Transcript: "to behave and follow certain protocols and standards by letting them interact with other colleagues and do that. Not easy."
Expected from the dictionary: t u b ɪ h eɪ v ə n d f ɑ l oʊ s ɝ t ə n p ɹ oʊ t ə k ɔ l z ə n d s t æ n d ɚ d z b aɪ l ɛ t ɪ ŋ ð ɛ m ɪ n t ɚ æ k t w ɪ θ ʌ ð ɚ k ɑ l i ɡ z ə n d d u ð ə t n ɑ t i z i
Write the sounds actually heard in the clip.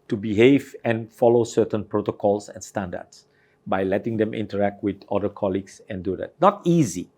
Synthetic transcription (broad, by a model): t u b ɪ h eɪ v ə n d f ɑ l oʊ s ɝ t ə n p ɹ oʊ t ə k ɔ l s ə n s t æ n d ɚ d s b aɪ l ɛ t ɪ ŋ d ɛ m ɪ n t ɚ æ k t w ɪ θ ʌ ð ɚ k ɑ l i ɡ s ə n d d u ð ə t n ɑ t i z i